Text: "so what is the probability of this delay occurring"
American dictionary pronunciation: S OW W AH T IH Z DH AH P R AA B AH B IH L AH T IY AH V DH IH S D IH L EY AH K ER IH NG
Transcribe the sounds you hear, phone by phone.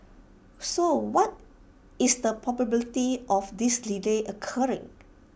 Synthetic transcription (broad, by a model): S OW W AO T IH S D AH P AA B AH B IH L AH T IY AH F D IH S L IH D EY AH K ER IH NG